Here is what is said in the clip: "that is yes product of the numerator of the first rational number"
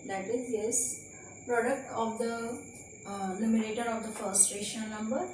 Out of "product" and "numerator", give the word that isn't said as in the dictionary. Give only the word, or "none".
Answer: numerator